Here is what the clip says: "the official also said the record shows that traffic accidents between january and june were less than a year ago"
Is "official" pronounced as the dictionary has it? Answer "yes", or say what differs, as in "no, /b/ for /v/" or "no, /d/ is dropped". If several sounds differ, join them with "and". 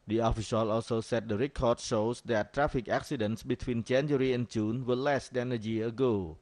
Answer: no, /s/ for /ʃ/